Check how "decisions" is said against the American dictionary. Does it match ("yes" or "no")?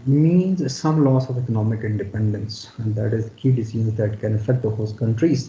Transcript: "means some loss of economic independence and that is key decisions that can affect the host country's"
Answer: no